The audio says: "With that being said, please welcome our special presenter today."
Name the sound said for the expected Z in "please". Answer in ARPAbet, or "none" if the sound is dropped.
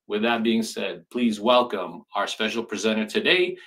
Z